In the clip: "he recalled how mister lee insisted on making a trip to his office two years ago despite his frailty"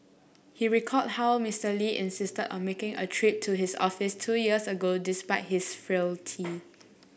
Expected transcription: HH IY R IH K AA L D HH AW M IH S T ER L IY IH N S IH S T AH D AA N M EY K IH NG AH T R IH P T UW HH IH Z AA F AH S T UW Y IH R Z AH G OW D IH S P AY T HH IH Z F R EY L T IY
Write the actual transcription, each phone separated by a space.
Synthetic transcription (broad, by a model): HH IY R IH K AA D HH AW M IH S T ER L IY IH N S IH S T AH D AA N M EY K IH NG AH T R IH P T UW HH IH S AA F AH S T UW Y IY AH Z AH G OW D IH S P AY T HH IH S F R EY L T IY